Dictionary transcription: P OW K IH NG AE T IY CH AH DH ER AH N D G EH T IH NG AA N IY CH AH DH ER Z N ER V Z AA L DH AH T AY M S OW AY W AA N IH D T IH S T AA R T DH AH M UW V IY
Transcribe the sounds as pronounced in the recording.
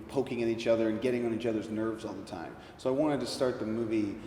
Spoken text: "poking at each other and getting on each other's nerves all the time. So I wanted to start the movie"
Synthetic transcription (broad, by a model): P OW K IH NG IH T IY CH AH DH ER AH N G EH T IH NG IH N IY CH AH DH ER Z N ER V Z AA L DH AH T AY M S OW AY W AA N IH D T IH S T AA R T DH AH M UW V IY